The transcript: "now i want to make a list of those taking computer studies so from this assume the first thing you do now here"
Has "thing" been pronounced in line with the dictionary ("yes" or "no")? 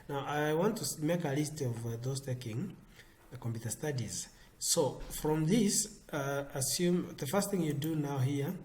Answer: yes